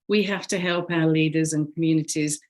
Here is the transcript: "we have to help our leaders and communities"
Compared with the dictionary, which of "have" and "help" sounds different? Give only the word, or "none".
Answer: have